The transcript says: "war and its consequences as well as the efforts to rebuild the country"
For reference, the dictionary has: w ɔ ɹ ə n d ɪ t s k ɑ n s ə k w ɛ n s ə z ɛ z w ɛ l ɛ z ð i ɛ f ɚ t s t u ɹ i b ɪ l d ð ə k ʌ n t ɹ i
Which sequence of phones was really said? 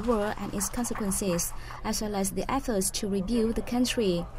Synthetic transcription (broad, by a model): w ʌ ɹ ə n ɪ t s k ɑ n s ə k w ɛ n s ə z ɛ s w ɛ l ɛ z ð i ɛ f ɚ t s t u ɹ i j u d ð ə k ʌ n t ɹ i